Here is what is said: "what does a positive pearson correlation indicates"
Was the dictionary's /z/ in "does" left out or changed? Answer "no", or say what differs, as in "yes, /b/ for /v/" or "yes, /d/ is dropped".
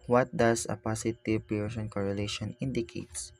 yes, /s/ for /z/